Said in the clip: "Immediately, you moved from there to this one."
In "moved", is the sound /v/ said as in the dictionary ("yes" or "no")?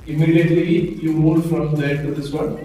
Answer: no